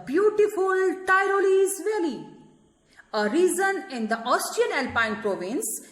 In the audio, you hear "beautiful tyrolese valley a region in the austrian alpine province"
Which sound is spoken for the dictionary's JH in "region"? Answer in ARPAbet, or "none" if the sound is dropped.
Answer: Z